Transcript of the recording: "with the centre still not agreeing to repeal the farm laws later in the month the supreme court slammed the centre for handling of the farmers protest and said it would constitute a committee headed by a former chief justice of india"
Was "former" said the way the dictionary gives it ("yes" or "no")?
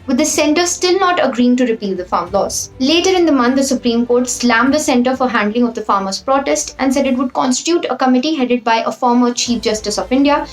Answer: yes